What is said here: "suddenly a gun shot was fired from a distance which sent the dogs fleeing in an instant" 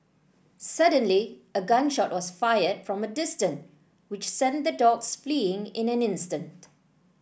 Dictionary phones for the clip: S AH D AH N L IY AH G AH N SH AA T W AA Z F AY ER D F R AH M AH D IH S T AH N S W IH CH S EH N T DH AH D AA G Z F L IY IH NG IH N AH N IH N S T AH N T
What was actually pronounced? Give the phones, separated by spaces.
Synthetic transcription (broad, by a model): S AH D AH N L IY AH G AH N SH AA T W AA S F AY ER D F R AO M AH D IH S T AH N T W IH CH S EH N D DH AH D AA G S F L IY IH NG IH N AH N IH N S T AH N T